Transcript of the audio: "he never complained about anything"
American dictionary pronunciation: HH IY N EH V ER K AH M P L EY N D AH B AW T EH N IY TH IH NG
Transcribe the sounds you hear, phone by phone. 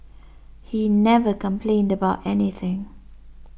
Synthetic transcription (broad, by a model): HH IY N EH V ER K AH M P L EY N D AH B AW T EH N IY TH IH NG